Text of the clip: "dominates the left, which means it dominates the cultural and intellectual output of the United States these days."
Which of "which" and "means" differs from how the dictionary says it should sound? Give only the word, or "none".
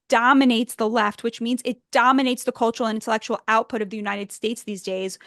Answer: none